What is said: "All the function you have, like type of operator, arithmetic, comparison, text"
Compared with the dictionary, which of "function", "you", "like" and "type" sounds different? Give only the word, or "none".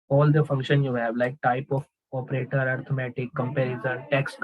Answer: none